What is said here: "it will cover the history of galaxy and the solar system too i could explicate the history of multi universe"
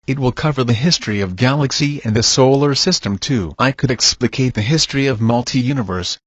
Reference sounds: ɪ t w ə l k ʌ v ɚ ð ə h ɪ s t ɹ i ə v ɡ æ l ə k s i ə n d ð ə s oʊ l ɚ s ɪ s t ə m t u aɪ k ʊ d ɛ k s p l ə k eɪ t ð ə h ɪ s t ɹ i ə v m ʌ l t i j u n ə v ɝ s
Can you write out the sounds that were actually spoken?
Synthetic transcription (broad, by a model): ɪ t w ə l k ʌ v ɚ ð ə h ɪ s t ɹ i ə v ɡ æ l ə k s i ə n ð ə s oʊ l ɚ s ɪ s t ə m t u aɪ k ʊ d ɛ k s p l ə k eɪ t ð ə h ɪ s t ɹ i ə v m ʌ l t i j u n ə v ɝ s